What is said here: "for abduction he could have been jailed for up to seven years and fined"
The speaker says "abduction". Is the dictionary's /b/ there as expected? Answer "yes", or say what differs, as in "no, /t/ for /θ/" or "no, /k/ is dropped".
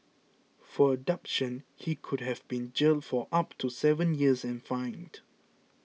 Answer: no, /b/ is dropped